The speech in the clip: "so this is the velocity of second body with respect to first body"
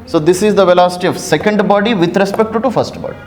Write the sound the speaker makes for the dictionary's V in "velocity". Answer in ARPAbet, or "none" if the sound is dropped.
V